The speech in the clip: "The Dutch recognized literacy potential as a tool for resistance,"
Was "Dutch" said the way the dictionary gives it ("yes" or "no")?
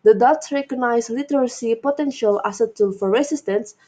no